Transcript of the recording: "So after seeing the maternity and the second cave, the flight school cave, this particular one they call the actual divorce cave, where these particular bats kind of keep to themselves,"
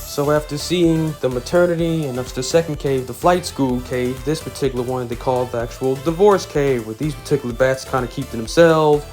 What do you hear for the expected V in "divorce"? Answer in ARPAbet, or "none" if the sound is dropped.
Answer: V